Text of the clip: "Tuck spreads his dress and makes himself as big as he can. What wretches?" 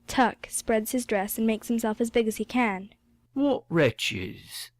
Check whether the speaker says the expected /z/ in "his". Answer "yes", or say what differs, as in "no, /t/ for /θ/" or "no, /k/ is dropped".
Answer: yes